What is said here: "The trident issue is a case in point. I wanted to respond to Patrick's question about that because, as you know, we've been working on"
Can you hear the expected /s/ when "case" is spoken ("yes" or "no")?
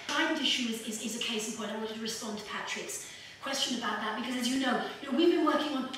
no